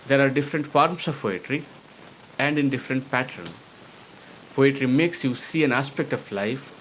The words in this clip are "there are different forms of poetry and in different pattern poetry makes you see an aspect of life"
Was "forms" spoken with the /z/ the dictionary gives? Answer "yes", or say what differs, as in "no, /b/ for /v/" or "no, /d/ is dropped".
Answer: no, /s/ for /z/